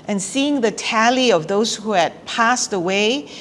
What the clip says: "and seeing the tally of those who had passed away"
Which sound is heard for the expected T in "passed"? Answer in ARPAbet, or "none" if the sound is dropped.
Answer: T